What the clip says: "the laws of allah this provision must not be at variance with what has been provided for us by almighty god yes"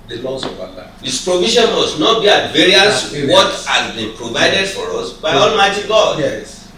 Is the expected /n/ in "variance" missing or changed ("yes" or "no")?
yes